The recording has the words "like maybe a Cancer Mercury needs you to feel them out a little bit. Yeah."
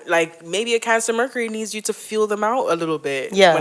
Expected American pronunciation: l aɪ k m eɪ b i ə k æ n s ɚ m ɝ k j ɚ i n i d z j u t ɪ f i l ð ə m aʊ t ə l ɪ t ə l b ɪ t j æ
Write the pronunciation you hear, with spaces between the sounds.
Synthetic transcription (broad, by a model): l aɪ k m eɪ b i ə k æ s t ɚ m ɝ k ɚ i n i d z j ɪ t ɪ f i l ð ə m aʊ t ə l ɪ t l b ɪ t j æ